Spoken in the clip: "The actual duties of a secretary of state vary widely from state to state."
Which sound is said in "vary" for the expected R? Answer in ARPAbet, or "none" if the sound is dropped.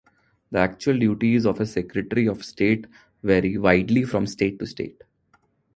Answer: R